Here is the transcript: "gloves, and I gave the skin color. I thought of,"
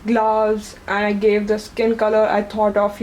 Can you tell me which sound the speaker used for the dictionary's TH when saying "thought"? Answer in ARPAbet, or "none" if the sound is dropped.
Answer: T